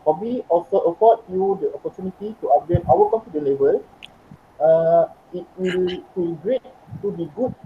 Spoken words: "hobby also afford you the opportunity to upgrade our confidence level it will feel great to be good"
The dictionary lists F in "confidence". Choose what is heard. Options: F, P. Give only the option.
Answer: P